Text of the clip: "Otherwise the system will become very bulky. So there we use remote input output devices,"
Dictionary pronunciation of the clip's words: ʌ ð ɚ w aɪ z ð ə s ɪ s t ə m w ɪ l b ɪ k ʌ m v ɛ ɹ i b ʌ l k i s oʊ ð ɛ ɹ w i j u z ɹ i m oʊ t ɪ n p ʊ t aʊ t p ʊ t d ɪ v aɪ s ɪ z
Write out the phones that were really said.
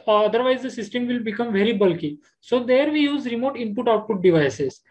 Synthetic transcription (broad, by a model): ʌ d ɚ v aɪ z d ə s ɪ s t ə m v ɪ l b ɪ k ʌ m v ɛ ɹ i b ʌ l k i s oʊ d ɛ ɹ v i j u z ɹ i m oʊ t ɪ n p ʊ t aʊ t p ʊ t d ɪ v aɪ s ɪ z